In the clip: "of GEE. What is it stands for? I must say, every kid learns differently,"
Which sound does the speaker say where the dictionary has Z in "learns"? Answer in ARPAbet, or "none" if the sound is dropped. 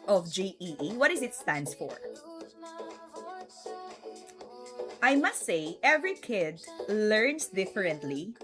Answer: S